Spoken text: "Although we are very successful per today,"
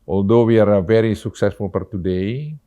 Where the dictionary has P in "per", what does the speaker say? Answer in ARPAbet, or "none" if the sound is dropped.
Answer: F